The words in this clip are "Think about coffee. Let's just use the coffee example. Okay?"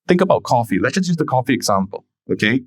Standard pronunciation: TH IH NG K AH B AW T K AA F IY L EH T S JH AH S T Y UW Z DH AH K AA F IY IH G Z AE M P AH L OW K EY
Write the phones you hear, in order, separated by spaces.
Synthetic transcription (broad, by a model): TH IH NG K AH B AW T K AA F IY L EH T JH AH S Y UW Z DH AH K AA F IY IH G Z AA M P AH L OW K EY